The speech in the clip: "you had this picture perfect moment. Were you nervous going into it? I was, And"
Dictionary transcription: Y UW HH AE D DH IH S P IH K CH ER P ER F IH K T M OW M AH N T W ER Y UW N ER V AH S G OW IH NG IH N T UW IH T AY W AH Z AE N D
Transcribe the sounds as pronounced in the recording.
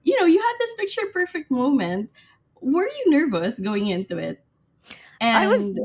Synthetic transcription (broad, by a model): Y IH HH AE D DH IH S P IH K CH ER P ER F IH K T M OW M AH N T W ER Y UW N ER V AH S G OW IH NG IH N T UW IH T AY W AH Z